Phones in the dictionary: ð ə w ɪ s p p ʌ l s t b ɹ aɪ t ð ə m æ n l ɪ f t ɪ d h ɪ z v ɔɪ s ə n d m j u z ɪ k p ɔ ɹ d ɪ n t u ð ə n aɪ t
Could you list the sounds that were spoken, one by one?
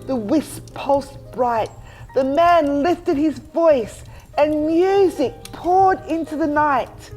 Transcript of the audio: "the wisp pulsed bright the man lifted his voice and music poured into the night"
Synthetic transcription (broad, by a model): ð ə w ɪ s p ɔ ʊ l s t b ɹ aɪ t ð ə m æ n l ɪ f t ɪ d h ɪ z v ɔɪ s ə n m j u z ɪ k p ɔ ɹ d ɪ n t u ð ə n aɪ t